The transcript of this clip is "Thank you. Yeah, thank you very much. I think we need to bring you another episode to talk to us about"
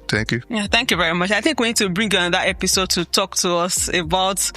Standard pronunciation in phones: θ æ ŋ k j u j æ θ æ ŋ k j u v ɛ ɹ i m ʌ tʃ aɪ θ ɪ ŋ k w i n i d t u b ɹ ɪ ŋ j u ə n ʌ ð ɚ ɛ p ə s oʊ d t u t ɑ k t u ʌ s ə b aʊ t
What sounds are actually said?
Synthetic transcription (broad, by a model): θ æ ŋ k j u j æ θ æ ŋ k j u v ɛ ɹ i m ʌ tʃ aɪ θ ɪ ŋ k w i n i d t u b ɹ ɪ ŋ j u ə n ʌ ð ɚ ɛ p ə s oʊ d t u t ɑ k t u ʌ s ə b aʊ t